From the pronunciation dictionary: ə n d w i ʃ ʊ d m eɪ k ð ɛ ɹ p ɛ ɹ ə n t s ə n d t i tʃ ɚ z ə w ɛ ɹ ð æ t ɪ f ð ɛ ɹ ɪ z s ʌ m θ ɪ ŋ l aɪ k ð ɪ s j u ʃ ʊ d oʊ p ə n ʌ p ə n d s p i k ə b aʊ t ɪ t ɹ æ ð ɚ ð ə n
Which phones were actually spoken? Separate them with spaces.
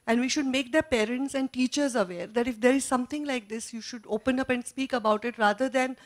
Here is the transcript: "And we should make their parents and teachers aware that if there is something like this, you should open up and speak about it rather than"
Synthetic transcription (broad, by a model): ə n d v i ʃ ʊ d m eɪ k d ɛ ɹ p ɛ ɹ ə n t s ə n d t i tʃ ɚ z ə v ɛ ɹ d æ t ɪ f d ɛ ɹ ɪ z s ʌ m t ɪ ŋ l aɪ k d ɪ s j u ʃ ʊ d oʊ p ə n ʌ p ə n d s p i k ə b aʊ t ɪ t ɹ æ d ɚ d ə n